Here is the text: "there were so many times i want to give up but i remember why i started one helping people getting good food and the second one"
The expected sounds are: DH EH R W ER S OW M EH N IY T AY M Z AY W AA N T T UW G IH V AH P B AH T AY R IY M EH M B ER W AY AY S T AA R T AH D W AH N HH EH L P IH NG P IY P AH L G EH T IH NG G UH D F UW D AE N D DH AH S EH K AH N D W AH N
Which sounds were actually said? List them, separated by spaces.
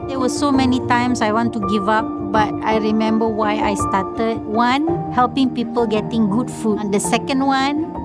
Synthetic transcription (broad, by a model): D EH W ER S OW M EH N IY T AY M S AY W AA N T T UW G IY V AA P B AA T AY R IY M EH M B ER W AY AY S T AA T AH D W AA N HH EH L P IH NG P IY P AH L G EH T IH NG G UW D F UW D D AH S EH K AH N D W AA N